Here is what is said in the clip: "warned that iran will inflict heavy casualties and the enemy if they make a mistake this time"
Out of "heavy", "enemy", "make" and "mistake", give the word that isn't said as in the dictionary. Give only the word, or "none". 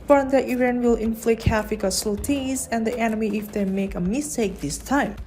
heavy